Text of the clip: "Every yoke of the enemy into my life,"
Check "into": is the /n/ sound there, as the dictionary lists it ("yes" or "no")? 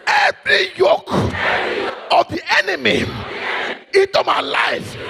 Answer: no